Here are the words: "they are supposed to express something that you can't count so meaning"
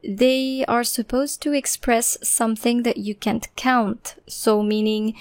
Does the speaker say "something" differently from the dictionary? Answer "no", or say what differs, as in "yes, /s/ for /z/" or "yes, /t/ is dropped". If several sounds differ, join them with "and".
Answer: no